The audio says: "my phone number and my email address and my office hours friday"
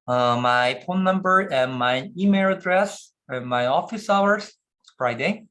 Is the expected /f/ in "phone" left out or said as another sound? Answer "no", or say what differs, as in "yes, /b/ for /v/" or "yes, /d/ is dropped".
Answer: yes, /p/ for /f/